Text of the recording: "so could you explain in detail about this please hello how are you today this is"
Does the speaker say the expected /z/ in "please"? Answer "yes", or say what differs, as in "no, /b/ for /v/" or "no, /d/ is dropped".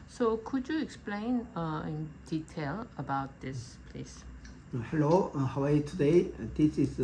no, /s/ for /z/